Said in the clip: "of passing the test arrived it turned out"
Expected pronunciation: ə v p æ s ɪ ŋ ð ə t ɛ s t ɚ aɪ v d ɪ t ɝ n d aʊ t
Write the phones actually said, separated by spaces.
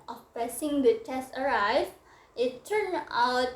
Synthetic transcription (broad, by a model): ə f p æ s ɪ ŋ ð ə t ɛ s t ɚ aɪ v ɪ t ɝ n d aʊ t